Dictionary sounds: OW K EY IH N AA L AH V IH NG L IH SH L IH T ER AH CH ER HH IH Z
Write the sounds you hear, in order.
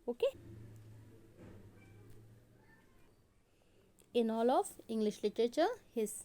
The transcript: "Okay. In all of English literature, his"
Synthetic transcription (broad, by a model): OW K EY IH N AA L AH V IH NG L IH SH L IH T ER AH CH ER HH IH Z